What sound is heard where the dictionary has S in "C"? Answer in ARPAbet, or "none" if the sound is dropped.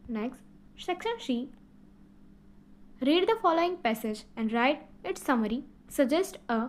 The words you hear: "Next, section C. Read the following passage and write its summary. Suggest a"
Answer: SH